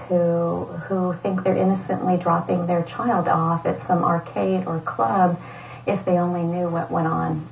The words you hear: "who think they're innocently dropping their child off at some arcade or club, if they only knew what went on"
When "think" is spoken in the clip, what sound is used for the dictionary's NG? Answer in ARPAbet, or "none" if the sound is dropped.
NG